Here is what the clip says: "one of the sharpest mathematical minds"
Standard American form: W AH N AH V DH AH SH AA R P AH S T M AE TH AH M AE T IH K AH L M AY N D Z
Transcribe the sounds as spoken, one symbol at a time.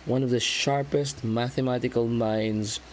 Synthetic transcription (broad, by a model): W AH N AH V DH AH SH AA R P AH S T M AE TH AH M AE T IH K AH L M AY N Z